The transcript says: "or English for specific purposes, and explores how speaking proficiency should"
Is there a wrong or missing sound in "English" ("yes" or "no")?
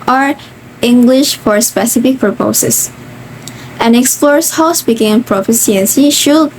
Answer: no